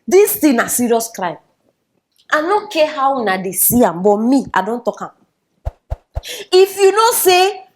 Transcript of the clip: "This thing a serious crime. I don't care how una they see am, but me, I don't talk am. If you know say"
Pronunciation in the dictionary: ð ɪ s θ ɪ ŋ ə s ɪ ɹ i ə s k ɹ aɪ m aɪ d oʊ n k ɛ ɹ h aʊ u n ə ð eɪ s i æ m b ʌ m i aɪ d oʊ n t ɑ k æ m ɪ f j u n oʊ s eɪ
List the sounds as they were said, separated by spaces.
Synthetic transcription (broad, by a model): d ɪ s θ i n ə s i ɹ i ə s k ɹ aɪ m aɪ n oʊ k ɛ h aʊ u n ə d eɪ s i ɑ m b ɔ m i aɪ d oʊ n t ɑ k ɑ m ɪ f j u n oʊ s eɪ